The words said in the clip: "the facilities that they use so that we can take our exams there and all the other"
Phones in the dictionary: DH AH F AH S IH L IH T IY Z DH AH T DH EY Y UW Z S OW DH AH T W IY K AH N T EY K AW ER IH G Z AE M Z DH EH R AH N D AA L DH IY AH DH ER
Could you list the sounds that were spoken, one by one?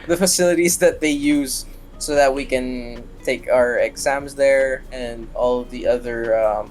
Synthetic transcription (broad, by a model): DH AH F AH S IH L IH T IY Z DH AH T DH EY Y UW Z S OW DH AH T W IY K AH N T EY K AW ER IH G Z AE M Z DH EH R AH N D AA L DH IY AH DH ER